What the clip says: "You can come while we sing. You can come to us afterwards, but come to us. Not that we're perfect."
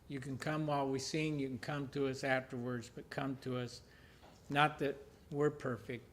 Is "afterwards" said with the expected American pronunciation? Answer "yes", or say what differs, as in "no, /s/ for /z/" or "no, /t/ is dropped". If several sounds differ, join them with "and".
yes